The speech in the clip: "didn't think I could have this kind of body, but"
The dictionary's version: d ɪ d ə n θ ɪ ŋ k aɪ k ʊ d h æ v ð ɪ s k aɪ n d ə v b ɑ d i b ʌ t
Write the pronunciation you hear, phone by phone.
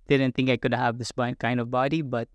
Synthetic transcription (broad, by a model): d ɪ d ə n t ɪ ŋ k aɪ k ʊ d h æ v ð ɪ s k aɪ n d ə v b ɑ d i b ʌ t